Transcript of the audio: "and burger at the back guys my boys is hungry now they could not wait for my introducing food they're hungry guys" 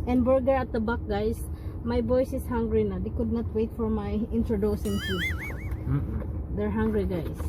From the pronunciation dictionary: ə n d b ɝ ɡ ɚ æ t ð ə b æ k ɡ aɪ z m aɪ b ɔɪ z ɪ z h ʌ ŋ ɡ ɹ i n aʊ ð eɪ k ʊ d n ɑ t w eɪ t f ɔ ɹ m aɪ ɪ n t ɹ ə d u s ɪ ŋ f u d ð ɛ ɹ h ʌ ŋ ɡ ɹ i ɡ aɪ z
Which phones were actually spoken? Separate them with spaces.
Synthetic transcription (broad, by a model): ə n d b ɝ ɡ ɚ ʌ t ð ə b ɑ k ɡ aɪ s m aɪ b ɔɪ s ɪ s h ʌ ŋ ɡ ɹ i n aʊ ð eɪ k ʊ d n ɑ t w eɪ t f ɔ ɹ m aɪ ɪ n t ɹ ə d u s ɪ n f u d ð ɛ ɹ h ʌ ŋ ɡ ɹ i ɡ aɪ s